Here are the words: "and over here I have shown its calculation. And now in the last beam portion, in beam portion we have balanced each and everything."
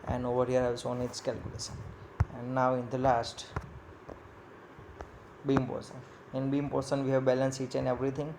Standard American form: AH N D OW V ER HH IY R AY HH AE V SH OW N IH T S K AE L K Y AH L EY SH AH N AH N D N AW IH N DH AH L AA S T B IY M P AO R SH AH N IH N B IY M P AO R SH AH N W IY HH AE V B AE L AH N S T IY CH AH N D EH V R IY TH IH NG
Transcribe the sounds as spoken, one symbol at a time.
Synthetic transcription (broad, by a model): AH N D OW V ER HH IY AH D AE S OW N IH T S K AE L K Y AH L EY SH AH N AH N D N AW IH N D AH L AA S T B IY M P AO R S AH N IH N B IY M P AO R S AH N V IY HH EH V B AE L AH N S IY CH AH N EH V R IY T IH NG